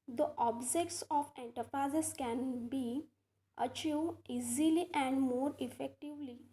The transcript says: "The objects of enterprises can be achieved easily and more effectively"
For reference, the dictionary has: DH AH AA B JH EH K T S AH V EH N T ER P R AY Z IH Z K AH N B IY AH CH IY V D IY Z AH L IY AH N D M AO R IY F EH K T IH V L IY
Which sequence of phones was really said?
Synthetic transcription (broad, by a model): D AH AA B JH EH K T S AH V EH N T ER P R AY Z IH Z K AH N B IY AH CH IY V IY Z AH L IY AH N D M AO R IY F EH K T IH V L IY